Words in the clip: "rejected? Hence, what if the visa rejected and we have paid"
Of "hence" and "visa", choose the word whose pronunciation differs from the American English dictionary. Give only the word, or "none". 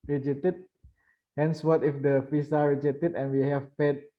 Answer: visa